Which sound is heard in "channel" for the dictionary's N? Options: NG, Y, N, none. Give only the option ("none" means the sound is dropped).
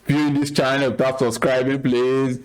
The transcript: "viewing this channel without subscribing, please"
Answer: none